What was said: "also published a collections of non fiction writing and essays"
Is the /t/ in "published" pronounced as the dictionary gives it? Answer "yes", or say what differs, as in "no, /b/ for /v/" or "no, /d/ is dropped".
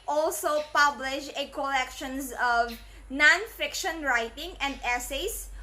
no, /t/ is dropped